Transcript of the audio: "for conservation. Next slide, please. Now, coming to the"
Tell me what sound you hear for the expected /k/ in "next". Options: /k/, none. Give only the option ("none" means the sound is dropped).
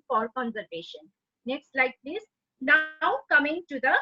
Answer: /k/